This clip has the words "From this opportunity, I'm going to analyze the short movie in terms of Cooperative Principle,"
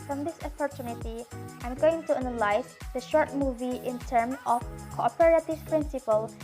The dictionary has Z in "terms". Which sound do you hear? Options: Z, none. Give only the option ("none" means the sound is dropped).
none